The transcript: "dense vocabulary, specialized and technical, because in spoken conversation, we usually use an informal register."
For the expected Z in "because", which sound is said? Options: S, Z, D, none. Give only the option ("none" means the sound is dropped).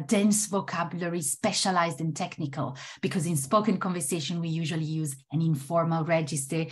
Z